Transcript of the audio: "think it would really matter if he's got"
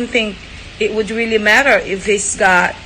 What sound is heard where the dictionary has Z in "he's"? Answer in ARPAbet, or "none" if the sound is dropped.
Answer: S